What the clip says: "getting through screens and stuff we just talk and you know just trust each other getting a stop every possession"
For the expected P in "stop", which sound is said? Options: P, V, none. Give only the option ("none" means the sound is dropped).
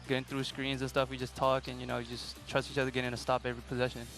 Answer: P